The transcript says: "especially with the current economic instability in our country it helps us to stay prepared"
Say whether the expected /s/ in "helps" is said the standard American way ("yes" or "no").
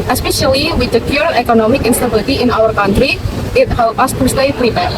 no